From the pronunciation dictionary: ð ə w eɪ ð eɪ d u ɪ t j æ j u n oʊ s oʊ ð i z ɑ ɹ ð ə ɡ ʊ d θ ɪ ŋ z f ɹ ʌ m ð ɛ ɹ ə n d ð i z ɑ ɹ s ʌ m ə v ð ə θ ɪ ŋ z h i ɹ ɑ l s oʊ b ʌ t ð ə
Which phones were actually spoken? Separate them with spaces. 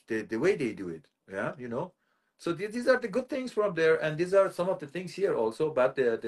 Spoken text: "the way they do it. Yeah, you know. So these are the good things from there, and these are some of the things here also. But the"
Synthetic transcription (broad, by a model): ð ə w eɪ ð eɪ d u ɪ t j æ j u n oʊ s oʊ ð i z ɑ ɹ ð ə ɡ ʊ d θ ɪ ŋ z f ɹ ʌ m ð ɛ ɹ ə n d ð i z ɑ ɹ s ʌ m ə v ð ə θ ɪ ŋ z h i ɹ ɑ l s oʊ b ʌ t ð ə